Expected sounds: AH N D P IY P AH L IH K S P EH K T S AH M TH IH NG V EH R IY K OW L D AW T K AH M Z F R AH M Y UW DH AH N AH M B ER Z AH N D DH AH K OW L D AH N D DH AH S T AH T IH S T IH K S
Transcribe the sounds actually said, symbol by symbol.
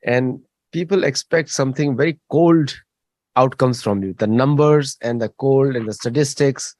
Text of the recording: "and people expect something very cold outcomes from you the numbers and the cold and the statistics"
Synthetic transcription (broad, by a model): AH N D P IY P AH L IH K S P EH K T S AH M T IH NG V EH R IY K OW L D AW T K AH M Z F R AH M Y UW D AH N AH M B ER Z AH N D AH K OW L D AH N D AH S T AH T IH S T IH K S